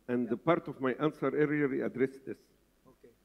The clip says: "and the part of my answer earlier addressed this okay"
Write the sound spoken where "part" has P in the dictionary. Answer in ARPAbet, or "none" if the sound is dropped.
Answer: P